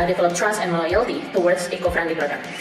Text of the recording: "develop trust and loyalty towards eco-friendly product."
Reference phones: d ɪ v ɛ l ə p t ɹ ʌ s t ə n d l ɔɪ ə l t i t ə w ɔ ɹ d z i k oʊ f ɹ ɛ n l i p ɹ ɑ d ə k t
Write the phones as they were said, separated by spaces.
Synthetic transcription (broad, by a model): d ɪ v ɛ l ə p t ɹ ʌ s t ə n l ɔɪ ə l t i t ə w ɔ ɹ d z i k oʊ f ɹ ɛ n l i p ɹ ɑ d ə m